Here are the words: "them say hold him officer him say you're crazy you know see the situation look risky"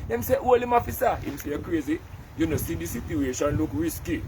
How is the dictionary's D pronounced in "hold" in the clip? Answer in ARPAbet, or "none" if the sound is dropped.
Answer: none